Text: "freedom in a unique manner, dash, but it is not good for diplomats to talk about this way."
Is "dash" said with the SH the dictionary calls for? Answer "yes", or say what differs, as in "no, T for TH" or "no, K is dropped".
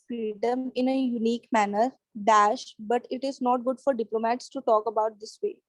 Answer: yes